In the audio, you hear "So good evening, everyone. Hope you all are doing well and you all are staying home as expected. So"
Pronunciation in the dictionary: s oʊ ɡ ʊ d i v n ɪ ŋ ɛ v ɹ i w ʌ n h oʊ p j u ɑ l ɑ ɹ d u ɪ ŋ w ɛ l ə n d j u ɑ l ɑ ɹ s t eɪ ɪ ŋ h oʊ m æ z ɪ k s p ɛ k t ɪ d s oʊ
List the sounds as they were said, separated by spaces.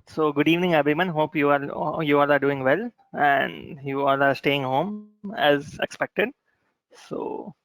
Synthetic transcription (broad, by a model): s oʊ ɡ ʊ d i v n ɪ ŋ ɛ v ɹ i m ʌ n h oʊ p j u ɑ l ɑ ɹ d u ɪ ŋ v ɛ l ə n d j u ɑ l ɑ ɹ s t eɪ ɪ ŋ h oʊ m æ z ɪ k s p ɛ k t ɪ d s oʊ